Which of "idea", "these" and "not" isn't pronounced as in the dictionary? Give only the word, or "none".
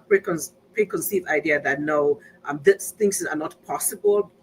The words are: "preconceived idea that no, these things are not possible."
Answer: these